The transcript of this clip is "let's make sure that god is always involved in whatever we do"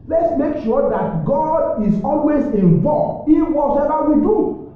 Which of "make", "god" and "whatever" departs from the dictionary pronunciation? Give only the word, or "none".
whatever